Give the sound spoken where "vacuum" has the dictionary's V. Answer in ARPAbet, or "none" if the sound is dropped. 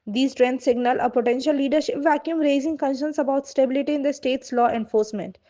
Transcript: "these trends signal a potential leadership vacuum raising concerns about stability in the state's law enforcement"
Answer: V